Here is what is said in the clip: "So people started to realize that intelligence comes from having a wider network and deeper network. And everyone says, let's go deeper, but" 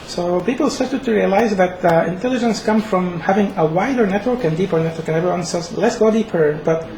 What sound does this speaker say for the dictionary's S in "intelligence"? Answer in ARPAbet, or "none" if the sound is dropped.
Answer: S